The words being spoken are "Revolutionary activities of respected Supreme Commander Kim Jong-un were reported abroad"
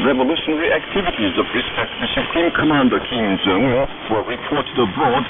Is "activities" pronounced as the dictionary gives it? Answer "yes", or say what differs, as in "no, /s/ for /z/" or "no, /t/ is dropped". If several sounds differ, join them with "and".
yes